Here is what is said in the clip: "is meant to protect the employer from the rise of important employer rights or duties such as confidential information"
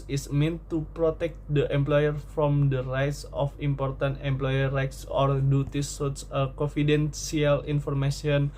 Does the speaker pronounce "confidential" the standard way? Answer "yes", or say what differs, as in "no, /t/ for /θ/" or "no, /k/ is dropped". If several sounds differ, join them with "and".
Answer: no, /s/ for /ʃ/